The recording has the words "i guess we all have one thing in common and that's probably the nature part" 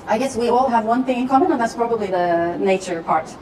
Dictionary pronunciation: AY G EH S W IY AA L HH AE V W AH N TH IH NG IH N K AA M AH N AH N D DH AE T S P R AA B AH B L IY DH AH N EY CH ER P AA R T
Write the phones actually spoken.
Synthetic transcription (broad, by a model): AY G EH S W IY AA L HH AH V W AH N TH IH NG IH N K AA M AH N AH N DH AE T S P R AA B AH B L IY DH AH N EY CH ER P AA R T